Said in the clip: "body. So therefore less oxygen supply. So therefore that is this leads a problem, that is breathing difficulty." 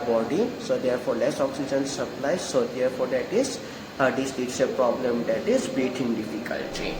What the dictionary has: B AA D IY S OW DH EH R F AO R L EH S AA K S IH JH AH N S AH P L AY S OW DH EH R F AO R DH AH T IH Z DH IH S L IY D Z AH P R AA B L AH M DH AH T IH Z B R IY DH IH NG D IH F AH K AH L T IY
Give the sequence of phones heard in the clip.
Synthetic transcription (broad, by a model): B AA D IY S OW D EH R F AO R L EH S AA K S IH JH AH N S AH P L AY S OW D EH R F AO R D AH T IH Z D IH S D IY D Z AH P R AA B L AH M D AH T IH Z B IY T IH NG D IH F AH K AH L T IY